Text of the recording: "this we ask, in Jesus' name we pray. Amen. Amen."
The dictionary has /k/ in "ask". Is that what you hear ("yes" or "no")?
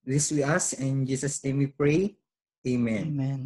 no